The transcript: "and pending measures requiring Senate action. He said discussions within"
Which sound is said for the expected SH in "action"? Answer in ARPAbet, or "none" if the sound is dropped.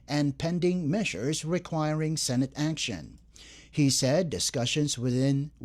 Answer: SH